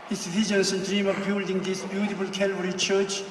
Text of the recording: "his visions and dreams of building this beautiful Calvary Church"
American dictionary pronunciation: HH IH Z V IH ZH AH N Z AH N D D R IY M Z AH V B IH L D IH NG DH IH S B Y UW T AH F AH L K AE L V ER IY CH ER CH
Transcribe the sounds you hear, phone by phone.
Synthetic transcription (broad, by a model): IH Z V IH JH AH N S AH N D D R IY M AH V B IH L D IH NG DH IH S B Y UW T AH F AH L K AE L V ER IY CH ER CH